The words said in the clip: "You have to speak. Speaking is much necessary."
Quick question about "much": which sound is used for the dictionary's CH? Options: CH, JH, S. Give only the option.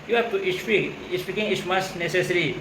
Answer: S